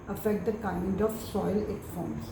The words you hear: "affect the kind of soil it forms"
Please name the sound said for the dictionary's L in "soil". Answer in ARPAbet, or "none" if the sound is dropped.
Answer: L